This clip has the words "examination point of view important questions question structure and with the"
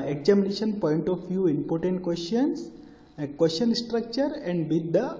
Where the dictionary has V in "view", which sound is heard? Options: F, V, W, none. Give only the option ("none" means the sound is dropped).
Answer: F